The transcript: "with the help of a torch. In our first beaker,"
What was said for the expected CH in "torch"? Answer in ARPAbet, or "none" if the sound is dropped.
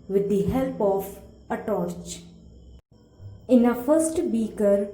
CH